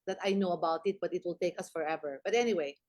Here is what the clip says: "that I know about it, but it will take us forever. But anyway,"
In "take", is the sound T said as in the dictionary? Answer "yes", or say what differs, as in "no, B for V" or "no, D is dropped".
yes